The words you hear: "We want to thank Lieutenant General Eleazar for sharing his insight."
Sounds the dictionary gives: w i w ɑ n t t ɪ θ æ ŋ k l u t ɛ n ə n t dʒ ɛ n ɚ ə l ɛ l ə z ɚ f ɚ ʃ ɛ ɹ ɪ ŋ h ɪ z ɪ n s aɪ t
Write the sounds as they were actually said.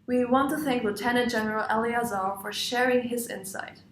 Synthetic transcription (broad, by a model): w i w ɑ n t t ɪ θ æ ŋ k l u t ɛ n ə n t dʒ ɛ n ɚ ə l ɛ l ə z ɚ f ɚ ʃ ɛ ɹ ɪ ŋ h ɪ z ɪ n s aɪ t